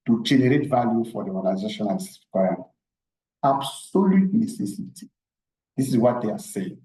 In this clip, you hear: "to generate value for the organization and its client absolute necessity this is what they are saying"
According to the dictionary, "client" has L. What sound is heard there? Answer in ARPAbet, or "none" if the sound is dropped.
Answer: W